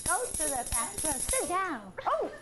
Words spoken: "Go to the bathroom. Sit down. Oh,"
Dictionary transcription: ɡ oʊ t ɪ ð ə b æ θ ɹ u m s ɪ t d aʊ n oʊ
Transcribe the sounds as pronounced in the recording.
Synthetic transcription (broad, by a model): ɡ oʊ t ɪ ð ə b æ s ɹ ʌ s ɪ t d aʊ n oʊ